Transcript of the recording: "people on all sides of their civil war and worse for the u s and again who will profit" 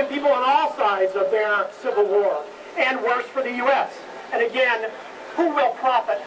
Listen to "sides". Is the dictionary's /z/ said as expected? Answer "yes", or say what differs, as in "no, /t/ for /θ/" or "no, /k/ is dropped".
yes